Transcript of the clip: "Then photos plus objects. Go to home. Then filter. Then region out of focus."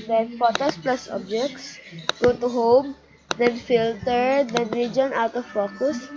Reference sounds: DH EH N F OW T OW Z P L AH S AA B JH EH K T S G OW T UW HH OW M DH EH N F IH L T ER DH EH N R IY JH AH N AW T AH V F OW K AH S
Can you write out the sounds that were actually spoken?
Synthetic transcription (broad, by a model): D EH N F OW T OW S P L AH S AA B JH EH K T S G OW T UW HH OW M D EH N F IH L T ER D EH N R IY JH AH N AW T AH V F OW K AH S